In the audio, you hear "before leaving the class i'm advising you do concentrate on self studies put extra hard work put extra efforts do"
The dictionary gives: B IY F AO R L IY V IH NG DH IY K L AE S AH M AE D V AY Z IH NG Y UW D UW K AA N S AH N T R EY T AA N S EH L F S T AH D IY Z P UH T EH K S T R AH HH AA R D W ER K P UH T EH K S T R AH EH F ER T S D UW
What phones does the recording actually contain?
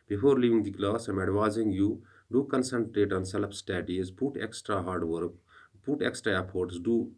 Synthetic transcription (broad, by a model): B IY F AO R L IY V IH NG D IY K L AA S AH M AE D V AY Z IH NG Y UW D UW K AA N S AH N T R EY T AA N S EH L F S T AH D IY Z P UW T EH K S T R AH HH AA R D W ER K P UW T EH K S T R AH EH P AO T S D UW